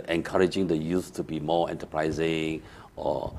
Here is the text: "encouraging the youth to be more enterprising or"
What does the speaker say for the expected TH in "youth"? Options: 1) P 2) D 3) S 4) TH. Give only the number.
3